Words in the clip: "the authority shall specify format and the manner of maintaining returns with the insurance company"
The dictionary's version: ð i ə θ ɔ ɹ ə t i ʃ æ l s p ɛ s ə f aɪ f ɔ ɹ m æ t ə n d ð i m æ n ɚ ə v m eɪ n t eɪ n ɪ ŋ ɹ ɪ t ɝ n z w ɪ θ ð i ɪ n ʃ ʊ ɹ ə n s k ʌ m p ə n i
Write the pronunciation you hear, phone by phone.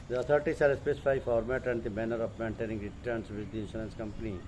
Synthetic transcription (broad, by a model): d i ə t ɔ ɹ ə t i s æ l s p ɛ s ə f aɪ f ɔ ɹ m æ t ə n d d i m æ n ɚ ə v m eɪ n t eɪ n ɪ ŋ ɹ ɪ t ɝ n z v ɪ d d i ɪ n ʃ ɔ l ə n s k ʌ m p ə n i